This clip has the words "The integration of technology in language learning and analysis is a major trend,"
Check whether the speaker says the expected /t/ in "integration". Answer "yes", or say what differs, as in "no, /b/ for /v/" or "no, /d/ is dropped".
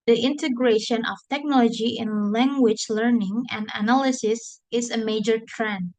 yes